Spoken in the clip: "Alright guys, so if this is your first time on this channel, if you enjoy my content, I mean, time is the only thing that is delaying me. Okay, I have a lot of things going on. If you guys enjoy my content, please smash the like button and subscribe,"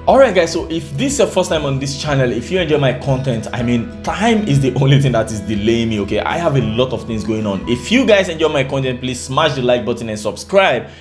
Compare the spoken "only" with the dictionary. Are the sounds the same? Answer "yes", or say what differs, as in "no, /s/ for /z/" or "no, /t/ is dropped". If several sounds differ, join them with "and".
yes